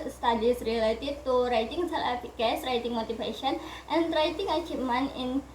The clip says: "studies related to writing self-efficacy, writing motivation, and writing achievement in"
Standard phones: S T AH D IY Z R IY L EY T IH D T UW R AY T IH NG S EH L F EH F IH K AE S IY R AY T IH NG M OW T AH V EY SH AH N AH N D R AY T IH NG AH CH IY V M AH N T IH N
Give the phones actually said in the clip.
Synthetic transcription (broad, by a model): S T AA D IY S R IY L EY T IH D T UW R AY T IH NG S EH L EH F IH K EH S R AY T IH NG M OW T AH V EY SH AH N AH N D R AY T IH NG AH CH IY M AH N IH N